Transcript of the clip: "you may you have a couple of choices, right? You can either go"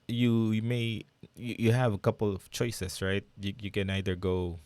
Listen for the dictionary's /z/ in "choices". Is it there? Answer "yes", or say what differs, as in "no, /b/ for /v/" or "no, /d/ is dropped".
no, /s/ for /z/